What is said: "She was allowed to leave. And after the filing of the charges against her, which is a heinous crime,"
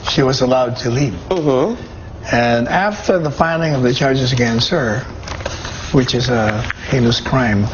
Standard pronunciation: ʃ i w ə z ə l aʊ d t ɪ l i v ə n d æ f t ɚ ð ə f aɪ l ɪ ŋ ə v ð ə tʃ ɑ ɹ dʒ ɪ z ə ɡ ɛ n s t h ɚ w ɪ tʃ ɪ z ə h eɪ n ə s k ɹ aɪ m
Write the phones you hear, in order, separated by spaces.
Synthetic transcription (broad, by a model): ʃ i w ə z ə l aʊ d t ɪ l i p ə n æ f t ɚ ð ə f aɪ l ɪ ŋ ə v ð ə tʃ ɑ ɹ dʒ ɪ z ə ɡ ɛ n s ɚ w ɪ tʃ ɪ z ə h eɪ l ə s k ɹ aɪ m